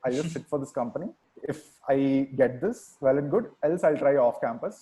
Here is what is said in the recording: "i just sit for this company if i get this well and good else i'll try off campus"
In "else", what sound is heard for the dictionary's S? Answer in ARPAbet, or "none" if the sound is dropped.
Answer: S